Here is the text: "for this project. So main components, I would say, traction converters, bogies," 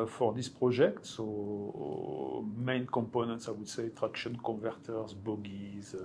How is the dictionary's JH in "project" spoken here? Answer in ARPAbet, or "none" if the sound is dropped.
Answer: ZH